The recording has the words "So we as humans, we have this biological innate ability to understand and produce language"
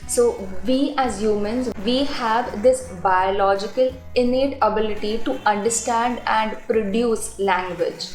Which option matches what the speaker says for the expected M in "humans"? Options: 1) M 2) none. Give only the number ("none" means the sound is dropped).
1